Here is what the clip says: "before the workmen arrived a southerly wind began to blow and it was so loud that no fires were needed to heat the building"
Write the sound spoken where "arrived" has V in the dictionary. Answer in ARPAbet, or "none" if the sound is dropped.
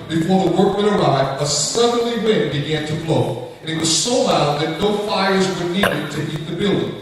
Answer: none